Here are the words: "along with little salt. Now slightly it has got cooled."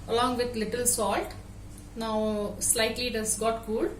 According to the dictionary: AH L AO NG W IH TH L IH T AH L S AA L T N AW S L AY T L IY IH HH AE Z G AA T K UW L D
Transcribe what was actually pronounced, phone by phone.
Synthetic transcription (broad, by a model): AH L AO NG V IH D L IH T AH L S AA L T N AW S L AY T L IY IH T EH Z G AA T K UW L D